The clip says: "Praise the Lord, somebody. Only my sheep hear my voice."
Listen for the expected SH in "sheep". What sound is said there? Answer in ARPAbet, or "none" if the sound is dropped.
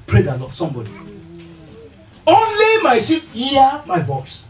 S